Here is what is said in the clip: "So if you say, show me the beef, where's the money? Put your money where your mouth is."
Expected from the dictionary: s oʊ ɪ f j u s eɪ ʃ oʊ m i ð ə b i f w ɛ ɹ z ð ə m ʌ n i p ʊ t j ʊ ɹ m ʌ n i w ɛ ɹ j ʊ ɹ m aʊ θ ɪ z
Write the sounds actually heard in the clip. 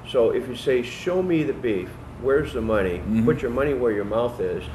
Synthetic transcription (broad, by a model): s oʊ ɪ f j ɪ s eɪ ʃ oʊ m i ð ə b i f w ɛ ɹ z ð ə m ʌ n i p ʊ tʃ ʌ ɹ m ʌ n i w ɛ ɹ j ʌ ɹ m aʊ θ ɪ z